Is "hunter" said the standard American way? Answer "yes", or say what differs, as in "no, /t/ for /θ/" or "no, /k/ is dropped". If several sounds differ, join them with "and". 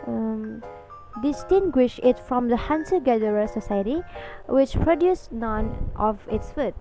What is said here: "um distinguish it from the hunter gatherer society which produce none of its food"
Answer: no, /s/ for /t/